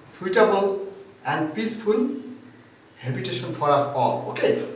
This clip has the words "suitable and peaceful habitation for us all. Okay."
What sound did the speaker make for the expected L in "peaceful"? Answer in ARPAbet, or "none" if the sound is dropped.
N